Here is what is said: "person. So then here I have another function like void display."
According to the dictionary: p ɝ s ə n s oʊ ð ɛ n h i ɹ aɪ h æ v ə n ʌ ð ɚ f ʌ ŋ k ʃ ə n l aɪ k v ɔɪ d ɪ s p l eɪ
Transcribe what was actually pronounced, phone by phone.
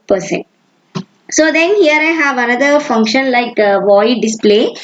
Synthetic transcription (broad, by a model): p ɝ s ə n s oʊ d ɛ n h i ɹ aɪ h æ v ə n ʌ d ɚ f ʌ ŋ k ʃ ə n l aɪ k v ɔɪ d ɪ s p l eɪ